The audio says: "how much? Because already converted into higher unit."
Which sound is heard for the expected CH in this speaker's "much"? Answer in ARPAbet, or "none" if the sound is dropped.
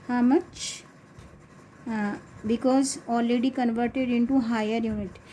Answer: CH